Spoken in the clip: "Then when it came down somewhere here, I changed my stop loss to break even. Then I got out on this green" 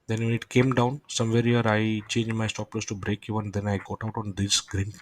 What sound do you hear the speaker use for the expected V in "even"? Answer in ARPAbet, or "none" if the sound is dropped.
none